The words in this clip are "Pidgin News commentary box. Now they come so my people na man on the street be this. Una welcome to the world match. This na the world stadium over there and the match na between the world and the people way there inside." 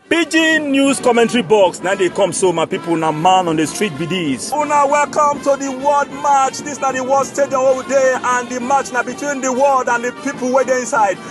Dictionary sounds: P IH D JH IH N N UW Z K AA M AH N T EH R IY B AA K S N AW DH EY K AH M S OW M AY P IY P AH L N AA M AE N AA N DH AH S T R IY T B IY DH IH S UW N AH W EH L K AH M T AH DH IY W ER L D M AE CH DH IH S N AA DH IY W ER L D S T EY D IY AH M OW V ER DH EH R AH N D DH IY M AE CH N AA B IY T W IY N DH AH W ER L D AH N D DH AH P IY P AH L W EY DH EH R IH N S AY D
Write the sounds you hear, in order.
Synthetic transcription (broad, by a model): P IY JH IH N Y UW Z K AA M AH N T R IY B AA K S N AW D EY K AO M S OW M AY P IY P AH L N AA M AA N AA N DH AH S T R IY T B IY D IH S UW N AH W EH L K AH M T AH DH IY W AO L D M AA CH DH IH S N AA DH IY W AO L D S T EY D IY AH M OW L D EH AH N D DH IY M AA CH N AA B IY T W IY N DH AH W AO L D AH N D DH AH P IY P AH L W EY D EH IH N S AY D